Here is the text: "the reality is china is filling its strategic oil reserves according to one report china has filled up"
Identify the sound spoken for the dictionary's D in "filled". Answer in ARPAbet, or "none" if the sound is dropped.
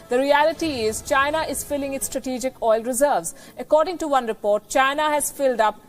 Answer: D